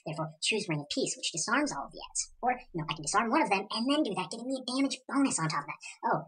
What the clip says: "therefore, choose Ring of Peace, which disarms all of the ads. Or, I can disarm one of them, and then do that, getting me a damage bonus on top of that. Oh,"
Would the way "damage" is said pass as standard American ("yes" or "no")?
yes